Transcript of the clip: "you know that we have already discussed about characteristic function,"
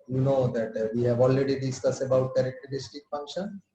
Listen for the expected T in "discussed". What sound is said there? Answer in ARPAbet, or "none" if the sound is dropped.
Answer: none